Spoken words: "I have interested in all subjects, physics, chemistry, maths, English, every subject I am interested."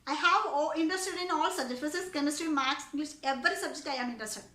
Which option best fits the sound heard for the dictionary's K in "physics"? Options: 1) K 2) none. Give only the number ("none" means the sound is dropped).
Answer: 2